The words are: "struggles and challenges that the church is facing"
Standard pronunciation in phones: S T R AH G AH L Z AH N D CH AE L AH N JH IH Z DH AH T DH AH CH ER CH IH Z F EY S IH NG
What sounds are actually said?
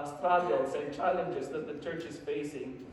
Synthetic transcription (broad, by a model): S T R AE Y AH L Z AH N CH AE L AH N JH IH Z DH AH T DH AH CH ER CH IH Z F EY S IH NG